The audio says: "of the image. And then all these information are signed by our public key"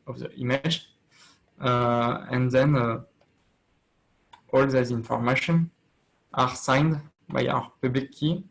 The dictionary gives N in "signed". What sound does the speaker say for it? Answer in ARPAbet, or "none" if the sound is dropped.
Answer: N